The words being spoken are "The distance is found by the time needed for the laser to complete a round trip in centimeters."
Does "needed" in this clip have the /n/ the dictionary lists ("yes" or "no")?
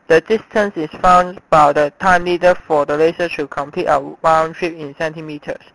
no